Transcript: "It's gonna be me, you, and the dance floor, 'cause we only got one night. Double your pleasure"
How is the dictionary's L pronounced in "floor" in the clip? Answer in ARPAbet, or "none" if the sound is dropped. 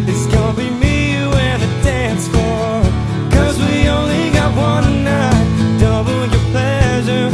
none